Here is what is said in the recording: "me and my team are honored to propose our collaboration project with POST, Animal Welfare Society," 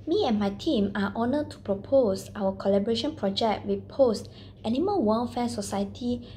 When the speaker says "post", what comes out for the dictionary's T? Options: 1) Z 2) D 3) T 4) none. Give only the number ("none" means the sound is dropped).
3